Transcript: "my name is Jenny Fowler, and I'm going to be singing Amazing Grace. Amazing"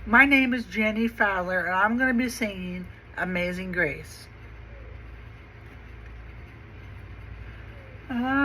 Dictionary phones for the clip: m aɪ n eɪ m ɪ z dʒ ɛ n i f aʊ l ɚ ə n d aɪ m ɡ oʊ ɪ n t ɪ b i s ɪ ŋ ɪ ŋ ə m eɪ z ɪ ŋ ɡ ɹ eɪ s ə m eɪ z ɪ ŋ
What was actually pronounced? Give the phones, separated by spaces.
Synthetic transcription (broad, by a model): m aɪ n eɪ m ɪ z dʒ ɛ n i f aʊ l ɚ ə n aɪ m ɡ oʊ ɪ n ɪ b i s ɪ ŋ ɪ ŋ ə m eɪ z ɪ ŋ ɡ ɹ eɪ ə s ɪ